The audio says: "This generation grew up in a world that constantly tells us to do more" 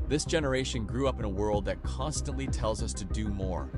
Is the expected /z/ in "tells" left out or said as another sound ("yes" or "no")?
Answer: no